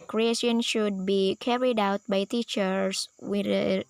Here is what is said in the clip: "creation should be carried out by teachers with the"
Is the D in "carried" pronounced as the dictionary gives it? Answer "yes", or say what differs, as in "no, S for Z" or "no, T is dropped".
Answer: yes